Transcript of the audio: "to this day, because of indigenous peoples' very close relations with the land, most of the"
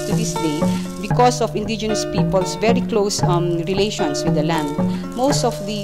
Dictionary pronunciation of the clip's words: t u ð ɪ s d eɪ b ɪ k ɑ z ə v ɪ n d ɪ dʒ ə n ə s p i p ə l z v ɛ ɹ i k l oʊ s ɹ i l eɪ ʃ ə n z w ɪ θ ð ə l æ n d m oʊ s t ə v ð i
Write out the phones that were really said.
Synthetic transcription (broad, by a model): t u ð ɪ s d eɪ b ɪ k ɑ s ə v ɪ n d ɪ dʒ ə n ə s p i p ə l s v ɛ ɹ i k l oʊ s ɹ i l eɪ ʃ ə n s w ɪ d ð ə l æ n d m oʊ s t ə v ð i